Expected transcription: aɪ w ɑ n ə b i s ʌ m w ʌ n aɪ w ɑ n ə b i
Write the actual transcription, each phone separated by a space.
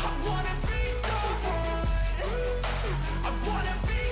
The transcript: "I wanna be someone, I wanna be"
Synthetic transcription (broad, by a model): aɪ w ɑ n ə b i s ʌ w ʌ aɪ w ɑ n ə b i